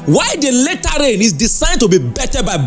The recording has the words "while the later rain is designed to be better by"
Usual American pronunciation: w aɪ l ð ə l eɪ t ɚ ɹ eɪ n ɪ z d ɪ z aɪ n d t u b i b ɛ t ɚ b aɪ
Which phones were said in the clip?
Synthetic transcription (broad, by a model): w aɪ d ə l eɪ t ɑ ɹ eɪ n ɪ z d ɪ s aɪ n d t u b i b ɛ t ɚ b aɪ